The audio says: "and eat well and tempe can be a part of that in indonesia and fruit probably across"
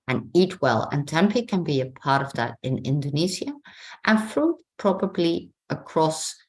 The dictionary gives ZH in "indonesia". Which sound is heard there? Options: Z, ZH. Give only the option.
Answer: Z